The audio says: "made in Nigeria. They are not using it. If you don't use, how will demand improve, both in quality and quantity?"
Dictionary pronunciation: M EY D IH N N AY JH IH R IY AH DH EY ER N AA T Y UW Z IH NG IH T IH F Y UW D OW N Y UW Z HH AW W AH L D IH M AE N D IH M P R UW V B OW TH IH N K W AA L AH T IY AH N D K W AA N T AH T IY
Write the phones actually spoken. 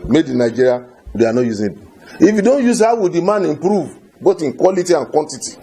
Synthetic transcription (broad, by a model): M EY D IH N N AY JH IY R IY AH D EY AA N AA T Y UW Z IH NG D IH F Y UW D OW N Y UW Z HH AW W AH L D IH M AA N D IH M P R UW V B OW T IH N K W AA L AH T IY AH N K W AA N T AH T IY